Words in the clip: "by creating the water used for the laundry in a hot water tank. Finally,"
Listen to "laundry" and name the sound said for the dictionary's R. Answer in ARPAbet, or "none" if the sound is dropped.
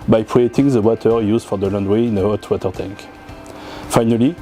W